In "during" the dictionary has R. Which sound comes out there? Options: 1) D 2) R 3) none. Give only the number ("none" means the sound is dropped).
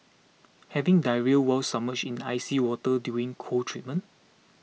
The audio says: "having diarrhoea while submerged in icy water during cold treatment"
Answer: 3